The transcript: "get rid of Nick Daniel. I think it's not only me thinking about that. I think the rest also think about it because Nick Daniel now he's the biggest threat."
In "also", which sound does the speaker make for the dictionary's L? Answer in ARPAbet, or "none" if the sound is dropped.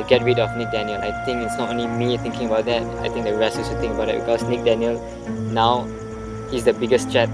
none